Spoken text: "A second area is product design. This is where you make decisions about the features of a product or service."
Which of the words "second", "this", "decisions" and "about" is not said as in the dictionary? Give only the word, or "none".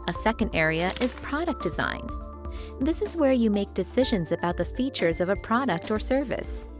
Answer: none